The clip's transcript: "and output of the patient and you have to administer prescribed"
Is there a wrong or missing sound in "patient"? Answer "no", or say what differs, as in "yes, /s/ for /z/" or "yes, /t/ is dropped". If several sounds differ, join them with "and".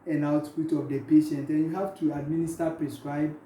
no